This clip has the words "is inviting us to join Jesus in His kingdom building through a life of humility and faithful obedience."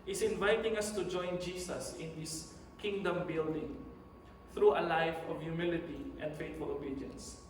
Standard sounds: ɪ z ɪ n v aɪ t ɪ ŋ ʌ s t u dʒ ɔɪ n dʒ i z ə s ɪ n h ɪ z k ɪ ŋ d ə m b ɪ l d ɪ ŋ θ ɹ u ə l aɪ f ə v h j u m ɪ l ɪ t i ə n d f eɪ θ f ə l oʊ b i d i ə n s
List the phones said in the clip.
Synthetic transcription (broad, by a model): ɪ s ɪ n v aɪ t ɪ ŋ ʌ s t u dʒ ɔɪ n dʒ i s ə s ɪ n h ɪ s k ɪ ŋ d ə m b ɪ l d ɪ ŋ θ ɹ u ə l aɪ f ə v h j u m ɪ l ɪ t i ə n d f eɪ t f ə l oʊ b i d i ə n s